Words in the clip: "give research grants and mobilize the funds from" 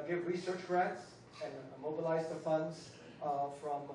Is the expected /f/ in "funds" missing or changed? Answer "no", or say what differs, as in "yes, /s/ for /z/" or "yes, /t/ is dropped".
no